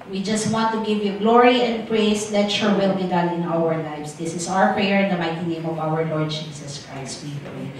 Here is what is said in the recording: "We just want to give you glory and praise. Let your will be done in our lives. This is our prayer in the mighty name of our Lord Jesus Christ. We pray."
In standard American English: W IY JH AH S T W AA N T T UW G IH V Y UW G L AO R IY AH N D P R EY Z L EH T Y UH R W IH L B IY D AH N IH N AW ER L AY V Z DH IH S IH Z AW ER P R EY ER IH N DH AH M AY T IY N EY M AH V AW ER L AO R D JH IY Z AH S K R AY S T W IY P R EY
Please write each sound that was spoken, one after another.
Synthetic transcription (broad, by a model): W IY JH AH S T W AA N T T UW G IH V Y UW G L AO R IY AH N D P R EY S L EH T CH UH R W IH L B IY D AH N IH N AW ER L AY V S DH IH S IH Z AW ER P R EY ER IH N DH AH M AY T IY N EY M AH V AW ER L AO R D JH IY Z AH S K R AY S T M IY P R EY